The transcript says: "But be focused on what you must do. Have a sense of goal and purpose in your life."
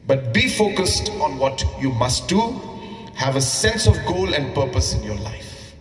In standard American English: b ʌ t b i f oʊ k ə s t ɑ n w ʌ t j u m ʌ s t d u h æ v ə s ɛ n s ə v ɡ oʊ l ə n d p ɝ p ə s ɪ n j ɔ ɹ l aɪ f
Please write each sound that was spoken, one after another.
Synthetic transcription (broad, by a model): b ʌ t b i f oʊ k ə s t ɑ n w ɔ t j u m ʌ s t d u h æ v ə s ɛ n s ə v ɡ oʊ l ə n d p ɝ p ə s ɪ n j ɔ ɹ l aɪ f